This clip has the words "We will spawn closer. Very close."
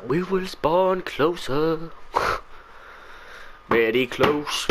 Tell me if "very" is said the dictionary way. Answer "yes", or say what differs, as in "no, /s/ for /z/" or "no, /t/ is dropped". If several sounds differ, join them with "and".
no, /b/ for /v/